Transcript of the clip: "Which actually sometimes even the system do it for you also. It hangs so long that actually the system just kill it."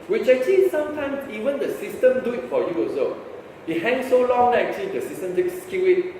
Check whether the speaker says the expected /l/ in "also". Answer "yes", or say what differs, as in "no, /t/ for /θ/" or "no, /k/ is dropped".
no, /l/ is dropped